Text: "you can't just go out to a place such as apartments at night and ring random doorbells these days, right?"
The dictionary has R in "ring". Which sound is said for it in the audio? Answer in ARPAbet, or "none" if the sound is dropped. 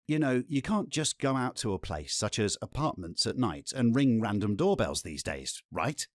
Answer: R